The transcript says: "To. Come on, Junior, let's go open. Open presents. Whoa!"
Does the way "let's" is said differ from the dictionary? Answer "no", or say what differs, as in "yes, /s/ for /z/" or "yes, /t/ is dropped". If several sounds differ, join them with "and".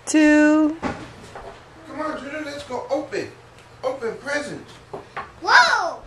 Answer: no